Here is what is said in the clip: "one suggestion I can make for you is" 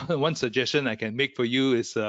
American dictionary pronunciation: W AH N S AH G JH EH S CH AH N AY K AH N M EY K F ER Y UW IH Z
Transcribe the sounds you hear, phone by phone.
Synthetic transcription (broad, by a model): W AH N S AH G JH EH S CH AH N AY K AH N M EY K F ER Y UW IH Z